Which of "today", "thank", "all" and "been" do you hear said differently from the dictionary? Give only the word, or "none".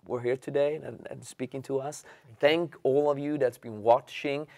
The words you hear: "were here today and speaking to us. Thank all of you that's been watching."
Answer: none